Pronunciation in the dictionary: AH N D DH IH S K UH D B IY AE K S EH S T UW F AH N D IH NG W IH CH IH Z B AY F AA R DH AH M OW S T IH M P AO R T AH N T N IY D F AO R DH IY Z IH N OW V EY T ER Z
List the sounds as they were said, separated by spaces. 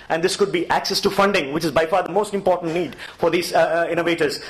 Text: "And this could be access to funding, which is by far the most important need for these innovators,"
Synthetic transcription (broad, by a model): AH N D IH S K UH D B IY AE K S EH S T UW F AH N D IH NG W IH CH IH Z B AY F AA R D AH M OW S T IH M P AO R T AH N T N IY D F AO R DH IY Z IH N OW V EY T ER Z